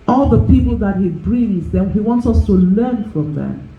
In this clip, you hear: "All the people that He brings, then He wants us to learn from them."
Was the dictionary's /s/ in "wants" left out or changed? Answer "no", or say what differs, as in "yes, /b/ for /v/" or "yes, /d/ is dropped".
no